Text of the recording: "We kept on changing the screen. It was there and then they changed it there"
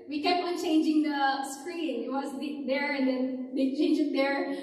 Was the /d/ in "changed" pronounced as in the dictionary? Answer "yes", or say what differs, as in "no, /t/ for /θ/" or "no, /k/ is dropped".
no, /d/ is dropped